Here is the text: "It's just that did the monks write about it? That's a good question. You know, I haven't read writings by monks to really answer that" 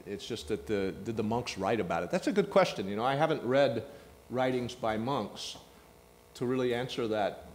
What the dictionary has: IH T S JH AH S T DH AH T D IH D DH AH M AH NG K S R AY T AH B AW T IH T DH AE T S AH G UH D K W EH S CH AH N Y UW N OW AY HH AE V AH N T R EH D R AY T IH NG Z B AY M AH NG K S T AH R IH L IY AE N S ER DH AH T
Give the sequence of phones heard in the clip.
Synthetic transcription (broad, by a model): IH T S JH AH S T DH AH T D IH D DH AH M AH NG K S R AY T AH B AW T IH T DH AE T S AH G UH D K W EH S CH AH N Y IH N OW AY HH AE V AH N T R EH D R AY T IH NG Z B AY M AH NG K S T AH R IH L IY AE N S ER DH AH T